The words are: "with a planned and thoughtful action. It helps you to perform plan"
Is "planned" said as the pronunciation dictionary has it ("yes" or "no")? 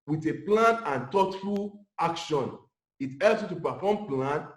no